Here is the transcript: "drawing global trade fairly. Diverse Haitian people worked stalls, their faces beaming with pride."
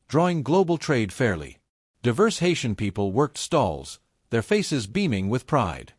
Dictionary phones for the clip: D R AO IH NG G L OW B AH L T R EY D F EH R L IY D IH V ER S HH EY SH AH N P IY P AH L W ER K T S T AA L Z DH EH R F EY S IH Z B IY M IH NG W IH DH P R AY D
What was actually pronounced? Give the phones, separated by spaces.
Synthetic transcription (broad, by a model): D R AO IH NG G L OW B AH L T R EY D F EH R L IY D IH V ER S HH EY SH AH N P IY P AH L W ER K T S T AA L Z DH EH R F EY S IH Z B IY M IH NG W IH DH P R AY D